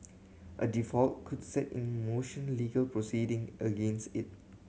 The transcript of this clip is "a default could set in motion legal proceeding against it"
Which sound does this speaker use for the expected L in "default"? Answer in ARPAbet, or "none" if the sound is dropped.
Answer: L